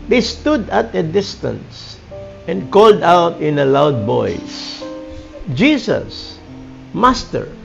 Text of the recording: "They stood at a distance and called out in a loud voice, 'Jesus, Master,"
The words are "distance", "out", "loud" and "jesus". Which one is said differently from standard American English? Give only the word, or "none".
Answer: jesus